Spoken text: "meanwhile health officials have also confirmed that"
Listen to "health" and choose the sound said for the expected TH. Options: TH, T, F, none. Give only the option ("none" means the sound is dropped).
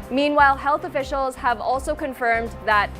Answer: TH